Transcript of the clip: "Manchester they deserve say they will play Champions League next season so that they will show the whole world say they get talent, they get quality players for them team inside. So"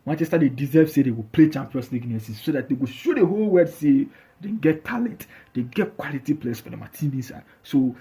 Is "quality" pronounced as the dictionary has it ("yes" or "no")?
yes